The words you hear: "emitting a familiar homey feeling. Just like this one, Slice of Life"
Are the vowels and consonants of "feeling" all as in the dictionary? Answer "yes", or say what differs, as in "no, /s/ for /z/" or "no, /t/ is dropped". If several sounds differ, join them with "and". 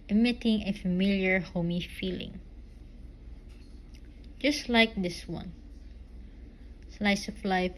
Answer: yes